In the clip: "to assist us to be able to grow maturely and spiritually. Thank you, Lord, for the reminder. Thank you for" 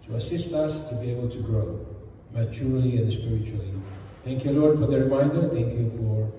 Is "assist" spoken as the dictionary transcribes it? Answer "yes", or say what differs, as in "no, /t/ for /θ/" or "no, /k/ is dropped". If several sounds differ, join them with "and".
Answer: yes